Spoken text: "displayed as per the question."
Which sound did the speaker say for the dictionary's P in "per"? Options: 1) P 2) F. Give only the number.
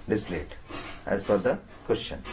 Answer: 2